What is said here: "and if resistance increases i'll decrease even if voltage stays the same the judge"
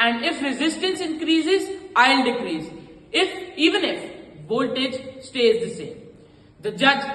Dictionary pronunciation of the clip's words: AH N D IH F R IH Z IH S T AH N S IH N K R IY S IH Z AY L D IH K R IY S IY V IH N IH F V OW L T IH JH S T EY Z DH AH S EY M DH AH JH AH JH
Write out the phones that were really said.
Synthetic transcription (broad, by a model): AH N D IH F R IH Z IH S T AH N S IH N K R IY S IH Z AY L D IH K R IY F IY V IH N IH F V OW L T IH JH S T EY Z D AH S EY M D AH JH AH JH